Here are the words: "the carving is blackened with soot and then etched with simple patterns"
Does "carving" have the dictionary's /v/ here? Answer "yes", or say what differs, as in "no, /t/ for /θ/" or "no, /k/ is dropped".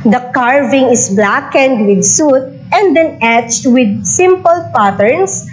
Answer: yes